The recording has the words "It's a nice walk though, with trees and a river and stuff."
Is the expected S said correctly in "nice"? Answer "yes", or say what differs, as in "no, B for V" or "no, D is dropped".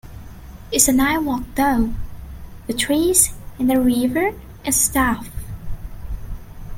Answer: no, S is dropped